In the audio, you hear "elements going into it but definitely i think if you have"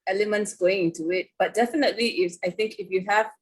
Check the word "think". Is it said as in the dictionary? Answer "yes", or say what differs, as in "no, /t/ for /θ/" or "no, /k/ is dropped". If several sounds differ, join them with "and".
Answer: yes